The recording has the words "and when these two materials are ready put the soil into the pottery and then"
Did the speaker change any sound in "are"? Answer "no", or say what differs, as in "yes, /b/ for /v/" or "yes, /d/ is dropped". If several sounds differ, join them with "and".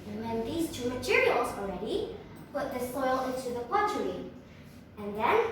yes, /l/ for /ɹ/